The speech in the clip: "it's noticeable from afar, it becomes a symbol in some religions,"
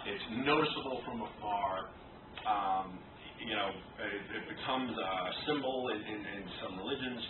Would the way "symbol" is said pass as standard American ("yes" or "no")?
no